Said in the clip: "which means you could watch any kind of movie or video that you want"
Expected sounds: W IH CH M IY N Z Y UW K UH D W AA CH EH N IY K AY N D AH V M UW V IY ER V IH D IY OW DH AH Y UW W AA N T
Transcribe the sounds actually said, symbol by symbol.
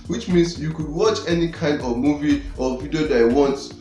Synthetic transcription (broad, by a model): W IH CH M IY N S Y UW K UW D W AA CH EH N IY K AY N D AH V M UW V IY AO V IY D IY OW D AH W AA N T